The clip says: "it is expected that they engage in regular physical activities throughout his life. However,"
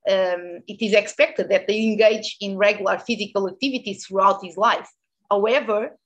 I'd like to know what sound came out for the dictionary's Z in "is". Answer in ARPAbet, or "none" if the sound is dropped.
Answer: Z